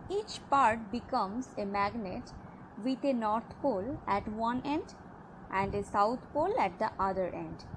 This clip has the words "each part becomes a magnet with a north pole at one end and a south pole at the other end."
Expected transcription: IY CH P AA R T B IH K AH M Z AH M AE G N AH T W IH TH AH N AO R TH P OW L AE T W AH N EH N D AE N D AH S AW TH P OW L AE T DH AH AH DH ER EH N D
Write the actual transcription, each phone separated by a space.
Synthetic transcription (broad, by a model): IY CH P AA R T B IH K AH M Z AH M AE G N AH T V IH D AH N AO R T P OW L AE T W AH N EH N D AE N D AH S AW T P OW L AE T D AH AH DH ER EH N D